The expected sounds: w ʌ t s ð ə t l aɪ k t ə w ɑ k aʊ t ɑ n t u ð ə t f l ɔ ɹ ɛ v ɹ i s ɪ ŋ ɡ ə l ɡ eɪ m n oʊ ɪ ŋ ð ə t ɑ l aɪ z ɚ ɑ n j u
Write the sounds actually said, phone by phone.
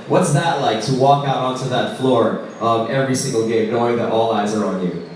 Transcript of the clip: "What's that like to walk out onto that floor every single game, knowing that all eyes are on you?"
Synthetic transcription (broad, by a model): w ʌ t s ð ə t l aɪ k t ə w ɑ k aʊ t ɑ n t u ð ə t f l ɔ ɹ ɛ v ɹ i s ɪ ŋ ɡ l ɡ eɪ m n oʊ ɪ ŋ ð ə t ɑ l aɪ z ɚ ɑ n j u